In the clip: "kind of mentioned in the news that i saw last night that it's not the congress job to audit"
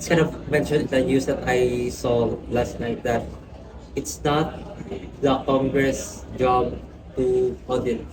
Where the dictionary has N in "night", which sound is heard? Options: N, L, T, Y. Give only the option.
N